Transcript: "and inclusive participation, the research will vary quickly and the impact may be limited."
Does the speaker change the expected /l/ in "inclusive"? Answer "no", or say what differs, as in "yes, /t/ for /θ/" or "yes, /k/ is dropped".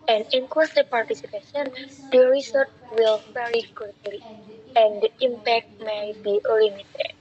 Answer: yes, /l/ is dropped